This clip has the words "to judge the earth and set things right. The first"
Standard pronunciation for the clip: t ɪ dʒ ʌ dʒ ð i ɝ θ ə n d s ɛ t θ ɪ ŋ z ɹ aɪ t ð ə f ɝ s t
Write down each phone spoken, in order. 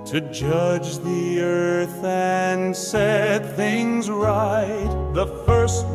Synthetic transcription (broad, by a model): t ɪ dʒ ʌ dʒ ð i ɝ θ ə n s ɛ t θ ɪ ŋ z ɹ aɪ t ð ə f ɝ s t